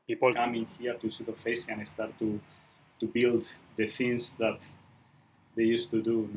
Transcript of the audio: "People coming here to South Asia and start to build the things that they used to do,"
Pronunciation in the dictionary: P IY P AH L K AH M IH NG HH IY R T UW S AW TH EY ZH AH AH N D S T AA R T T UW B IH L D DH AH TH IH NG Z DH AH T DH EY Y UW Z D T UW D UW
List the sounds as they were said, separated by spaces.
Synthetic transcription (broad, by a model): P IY P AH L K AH M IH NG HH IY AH T UW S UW T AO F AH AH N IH S T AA R T T UW B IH L D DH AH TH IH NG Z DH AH T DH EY Y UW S T UW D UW